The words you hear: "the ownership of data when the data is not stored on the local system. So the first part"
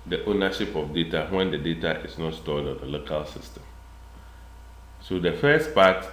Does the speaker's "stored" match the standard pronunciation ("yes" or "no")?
no